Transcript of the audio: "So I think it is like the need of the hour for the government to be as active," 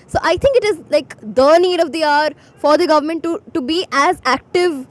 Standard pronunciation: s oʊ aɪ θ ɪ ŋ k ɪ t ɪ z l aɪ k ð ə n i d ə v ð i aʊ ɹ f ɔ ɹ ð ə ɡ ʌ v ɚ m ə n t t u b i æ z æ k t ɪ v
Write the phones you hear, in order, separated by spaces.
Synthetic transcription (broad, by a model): s oʊ aɪ t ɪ ŋ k ɪ t ɪ z l aɪ k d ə n i d ə v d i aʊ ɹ f ɔ ɹ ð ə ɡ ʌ v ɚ m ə n t t u b i æ z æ k t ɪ v